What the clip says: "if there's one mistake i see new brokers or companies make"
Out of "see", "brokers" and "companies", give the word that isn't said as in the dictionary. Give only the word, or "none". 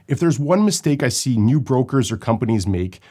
none